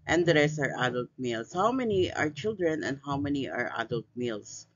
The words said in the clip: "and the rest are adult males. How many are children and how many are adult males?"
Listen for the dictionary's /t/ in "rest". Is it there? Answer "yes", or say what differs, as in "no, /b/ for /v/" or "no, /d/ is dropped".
no, /t/ is dropped